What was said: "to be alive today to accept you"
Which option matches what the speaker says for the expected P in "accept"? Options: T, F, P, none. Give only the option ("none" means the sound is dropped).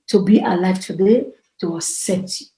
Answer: none